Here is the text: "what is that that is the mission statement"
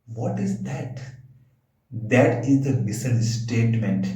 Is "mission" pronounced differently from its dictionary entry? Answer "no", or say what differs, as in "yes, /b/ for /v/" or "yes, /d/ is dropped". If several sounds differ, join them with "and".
yes, /s/ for /ʃ/